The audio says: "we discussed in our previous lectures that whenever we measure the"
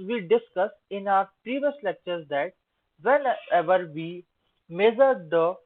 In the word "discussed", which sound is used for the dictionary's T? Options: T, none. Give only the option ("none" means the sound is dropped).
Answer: none